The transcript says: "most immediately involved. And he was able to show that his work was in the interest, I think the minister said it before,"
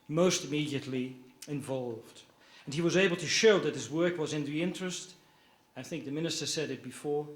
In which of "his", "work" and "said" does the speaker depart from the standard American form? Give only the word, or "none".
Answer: none